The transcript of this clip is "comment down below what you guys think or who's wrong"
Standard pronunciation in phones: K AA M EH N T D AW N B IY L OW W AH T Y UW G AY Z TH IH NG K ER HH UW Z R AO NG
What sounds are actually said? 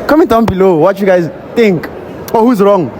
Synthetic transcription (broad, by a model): K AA M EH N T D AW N B IY L OW W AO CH Y UW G AY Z T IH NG K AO HH UW Z R AO NG